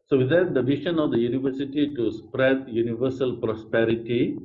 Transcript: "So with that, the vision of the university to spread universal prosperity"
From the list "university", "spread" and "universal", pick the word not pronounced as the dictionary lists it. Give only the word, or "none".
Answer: none